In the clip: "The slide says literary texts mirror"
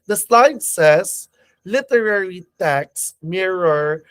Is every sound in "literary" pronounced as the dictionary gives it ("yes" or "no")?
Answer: yes